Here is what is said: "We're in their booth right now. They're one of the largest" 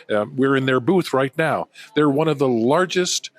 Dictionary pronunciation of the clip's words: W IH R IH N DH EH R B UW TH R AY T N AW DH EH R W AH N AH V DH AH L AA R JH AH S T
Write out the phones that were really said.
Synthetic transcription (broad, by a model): W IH R IH N DH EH R B UW TH R AY T N AW DH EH R W AH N AH V DH AH L AA R JH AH S T